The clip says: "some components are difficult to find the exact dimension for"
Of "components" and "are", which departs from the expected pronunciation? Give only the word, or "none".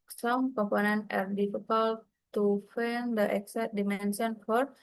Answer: components